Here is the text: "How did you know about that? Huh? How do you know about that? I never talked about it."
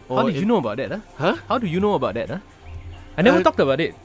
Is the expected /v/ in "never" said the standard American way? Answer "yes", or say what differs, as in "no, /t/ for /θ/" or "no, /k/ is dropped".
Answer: no, /v/ is dropped